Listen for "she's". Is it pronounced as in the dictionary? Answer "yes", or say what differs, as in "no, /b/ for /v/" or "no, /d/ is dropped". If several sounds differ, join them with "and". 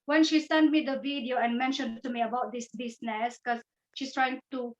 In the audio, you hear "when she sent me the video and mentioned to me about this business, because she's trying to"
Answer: no, /s/ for /z/